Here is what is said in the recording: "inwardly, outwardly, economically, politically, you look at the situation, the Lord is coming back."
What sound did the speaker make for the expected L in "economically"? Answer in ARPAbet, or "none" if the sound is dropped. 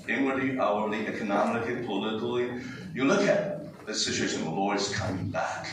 none